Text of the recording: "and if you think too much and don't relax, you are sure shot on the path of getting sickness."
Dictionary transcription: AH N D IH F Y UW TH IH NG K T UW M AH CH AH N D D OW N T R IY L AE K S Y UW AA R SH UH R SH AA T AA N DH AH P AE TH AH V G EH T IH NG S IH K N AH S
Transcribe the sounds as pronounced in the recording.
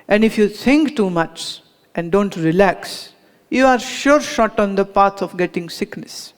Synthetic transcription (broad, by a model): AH N D IH F Y UW T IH NG K T UW M AH CH AH N D D OW N T R IY L AE K S Y UW AA R SH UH R SH AA T AA N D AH P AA S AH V G EH T IH NG S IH K N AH S